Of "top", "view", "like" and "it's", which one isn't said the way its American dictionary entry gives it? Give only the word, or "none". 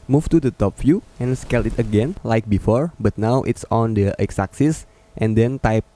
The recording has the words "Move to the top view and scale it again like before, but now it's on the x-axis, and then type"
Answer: view